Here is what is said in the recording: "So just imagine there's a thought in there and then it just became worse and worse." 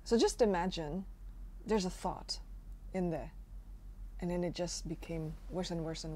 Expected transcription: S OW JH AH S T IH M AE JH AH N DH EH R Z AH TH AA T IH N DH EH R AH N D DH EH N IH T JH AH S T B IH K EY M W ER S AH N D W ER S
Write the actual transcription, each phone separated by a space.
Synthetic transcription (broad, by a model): S OW JH AH S T IH M AE JH AH N DH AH R Z AH TH AA T IH N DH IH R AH N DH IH N IH T JH AH S T B IH K EY M W ER S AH N W ER S